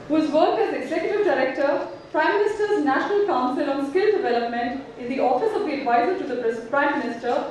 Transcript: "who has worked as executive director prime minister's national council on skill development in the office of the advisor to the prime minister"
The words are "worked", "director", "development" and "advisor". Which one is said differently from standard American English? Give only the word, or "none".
worked